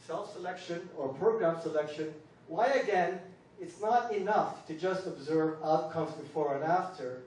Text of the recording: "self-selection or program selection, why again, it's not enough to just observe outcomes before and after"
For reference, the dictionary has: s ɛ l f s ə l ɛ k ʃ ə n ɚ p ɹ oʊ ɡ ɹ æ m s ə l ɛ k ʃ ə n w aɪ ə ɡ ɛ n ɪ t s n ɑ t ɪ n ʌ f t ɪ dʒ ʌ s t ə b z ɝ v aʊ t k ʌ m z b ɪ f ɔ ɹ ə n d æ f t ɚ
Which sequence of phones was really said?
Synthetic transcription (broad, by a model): s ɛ l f s ə l ɛ k ʃ ə n ɚ p ɹ oʊ ɡ ɹ æ m s ə l ɛ k ʃ ə n w aɪ ə ɡ ɛ n ɪ t s n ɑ t ɪ n ʌ f t ɪ dʒ ʌ s t ə b z ɝ v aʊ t k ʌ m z b ɪ f ɔ ɹ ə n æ f t ɚ